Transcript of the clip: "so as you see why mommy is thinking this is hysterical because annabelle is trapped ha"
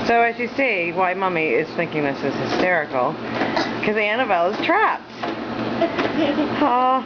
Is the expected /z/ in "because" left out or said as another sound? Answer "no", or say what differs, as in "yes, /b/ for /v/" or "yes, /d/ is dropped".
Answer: yes, /z/ is dropped